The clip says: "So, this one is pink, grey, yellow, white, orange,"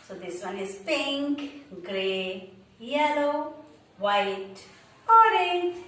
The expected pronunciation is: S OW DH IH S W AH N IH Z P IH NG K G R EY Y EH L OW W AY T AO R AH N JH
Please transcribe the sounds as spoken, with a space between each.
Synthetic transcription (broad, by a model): S OW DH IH S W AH N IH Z P IH NG K G R EY Y EH L OW W AY T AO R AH